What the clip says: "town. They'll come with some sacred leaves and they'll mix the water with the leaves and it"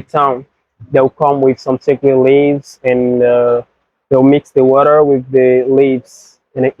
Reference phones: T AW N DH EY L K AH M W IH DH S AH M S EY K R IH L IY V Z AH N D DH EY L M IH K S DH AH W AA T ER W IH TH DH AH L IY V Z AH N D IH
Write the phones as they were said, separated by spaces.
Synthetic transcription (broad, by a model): T AW N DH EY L K AH M W IH DH S AH M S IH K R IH L IY V Z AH N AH DH EY L M IH K S DH AH W AA T ER W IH DH AH L IY V Z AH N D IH